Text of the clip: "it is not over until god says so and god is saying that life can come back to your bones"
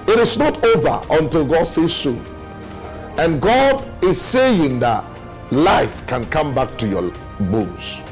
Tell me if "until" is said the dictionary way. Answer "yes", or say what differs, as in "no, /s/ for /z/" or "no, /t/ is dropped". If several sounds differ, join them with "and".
yes